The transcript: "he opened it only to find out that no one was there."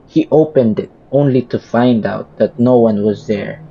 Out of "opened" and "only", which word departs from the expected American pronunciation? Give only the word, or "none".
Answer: none